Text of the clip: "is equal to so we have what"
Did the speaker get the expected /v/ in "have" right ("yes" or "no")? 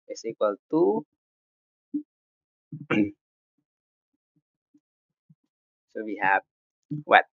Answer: no